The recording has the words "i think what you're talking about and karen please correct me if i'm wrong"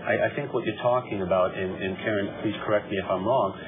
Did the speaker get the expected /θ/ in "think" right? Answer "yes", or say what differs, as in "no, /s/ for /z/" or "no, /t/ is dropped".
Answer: yes